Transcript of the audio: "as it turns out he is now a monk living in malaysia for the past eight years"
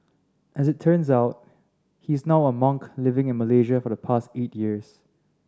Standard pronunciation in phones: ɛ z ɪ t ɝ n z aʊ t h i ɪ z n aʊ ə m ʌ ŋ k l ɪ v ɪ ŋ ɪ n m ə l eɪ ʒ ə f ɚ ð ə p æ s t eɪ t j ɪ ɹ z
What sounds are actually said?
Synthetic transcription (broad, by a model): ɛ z ɪ t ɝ n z aʊ t h i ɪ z n aʊ ə m ʌ ŋ k l ɪ v ɪ ŋ ɪ n m ə l eɪ ʒ ə f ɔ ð ə p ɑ s t eɪ t j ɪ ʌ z